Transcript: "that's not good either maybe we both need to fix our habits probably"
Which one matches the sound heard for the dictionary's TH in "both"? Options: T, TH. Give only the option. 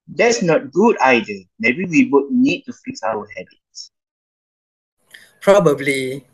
T